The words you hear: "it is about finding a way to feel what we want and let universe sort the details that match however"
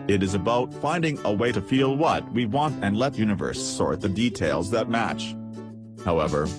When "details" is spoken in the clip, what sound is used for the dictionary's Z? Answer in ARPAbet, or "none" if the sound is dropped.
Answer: Z